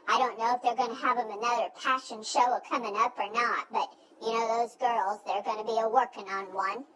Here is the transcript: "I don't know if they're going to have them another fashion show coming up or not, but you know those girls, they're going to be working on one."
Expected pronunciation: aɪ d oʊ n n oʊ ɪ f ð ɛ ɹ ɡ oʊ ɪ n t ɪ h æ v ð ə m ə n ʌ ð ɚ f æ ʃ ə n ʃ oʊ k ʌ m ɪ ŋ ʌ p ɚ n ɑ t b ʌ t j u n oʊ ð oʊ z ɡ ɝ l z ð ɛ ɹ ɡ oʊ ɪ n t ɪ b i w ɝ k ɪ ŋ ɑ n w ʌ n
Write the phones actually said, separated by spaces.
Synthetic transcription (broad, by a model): aɪ d oʊ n n oʊ ɪ f ð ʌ ɹ ɡ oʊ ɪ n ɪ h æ v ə m ə n ʌ ð ɚ p æ ʃ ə n ʃ oʊ k ʌ m ɪ ŋ ʌ p ɚ n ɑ t b ʌ t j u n oʊ ð oʊ z ɡ ɝ l z ð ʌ ɹ ɡ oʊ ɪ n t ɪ b i w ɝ k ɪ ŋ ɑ n w ʌ n